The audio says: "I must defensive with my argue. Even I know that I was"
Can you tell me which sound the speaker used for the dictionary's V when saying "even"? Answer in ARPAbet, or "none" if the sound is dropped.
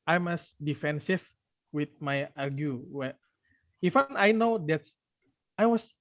F